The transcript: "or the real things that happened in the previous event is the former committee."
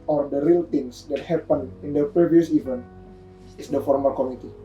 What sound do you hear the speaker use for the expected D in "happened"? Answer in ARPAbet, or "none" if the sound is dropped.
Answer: none